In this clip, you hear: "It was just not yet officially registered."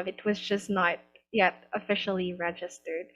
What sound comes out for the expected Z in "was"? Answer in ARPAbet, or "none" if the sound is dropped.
Z